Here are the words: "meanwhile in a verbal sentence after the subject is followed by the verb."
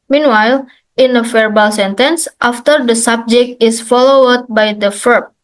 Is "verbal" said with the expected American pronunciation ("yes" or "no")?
no